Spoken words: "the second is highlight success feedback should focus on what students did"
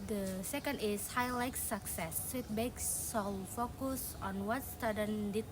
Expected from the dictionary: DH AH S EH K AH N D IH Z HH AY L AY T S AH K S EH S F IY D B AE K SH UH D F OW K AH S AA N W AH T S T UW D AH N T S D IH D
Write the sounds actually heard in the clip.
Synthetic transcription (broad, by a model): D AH S EH K AH N D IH S HH AY L AY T S AH K S EH S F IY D B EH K S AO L F OW K AH S AA N W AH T S T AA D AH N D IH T